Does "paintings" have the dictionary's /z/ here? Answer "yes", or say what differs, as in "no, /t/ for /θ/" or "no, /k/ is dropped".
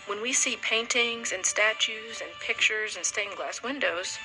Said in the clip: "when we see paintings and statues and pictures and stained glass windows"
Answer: yes